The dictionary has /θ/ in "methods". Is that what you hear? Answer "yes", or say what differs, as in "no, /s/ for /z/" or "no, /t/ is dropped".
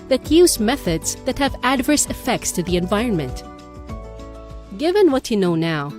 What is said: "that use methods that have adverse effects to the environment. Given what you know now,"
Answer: yes